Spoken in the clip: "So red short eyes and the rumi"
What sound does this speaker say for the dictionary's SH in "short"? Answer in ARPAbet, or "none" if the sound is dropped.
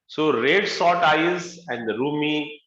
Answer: S